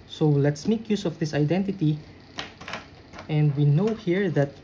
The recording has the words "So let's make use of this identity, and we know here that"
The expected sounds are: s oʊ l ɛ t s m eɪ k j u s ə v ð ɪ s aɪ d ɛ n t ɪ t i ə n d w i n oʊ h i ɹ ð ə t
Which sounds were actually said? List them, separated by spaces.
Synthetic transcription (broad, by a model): s oʊ l ɛ t s m eɪ k j u s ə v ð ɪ s aɪ d ɛ n t ɪ t i ə n d w i n oʊ h i ɹ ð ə t